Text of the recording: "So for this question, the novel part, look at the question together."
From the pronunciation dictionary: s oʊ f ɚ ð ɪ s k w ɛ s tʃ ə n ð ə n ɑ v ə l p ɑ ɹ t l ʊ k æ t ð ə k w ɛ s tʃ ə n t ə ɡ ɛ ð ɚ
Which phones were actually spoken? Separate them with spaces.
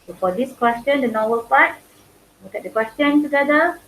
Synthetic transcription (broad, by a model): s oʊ f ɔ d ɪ s k w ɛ s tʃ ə n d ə n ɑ w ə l p ɑ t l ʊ k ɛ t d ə k w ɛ s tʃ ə n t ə ɡ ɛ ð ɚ